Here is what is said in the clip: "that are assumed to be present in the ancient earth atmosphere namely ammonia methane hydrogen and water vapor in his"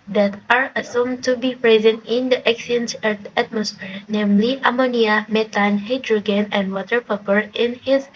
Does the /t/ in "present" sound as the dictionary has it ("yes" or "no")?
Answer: yes